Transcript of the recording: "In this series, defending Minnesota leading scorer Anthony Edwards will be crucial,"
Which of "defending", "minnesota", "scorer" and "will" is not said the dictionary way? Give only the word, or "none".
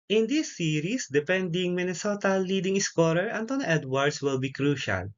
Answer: defending